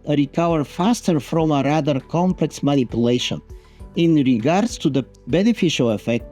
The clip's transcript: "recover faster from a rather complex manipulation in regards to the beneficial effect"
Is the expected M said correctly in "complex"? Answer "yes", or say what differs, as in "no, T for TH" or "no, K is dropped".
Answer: yes